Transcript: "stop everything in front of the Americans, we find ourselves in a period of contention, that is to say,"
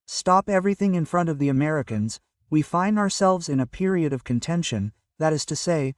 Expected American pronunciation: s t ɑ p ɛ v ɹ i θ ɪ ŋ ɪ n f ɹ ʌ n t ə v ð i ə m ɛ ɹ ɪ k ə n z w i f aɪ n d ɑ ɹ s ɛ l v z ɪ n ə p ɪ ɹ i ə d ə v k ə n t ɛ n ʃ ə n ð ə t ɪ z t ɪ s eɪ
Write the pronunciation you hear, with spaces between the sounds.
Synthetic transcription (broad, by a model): s t ɑ p ɛ v ɹ i θ ɪ ŋ ɪ n f ɹ ʌ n t ə v ð i ə m ɛ ɹ ɪ k ə n z w i f aɪ n d ɑ ɹ s ɛ l v z ɪ n ə p ɪ ɹ i ə d ə v k ə n t ɛ n ʃ ə n ð ə t ɪ z t ɪ s eɪ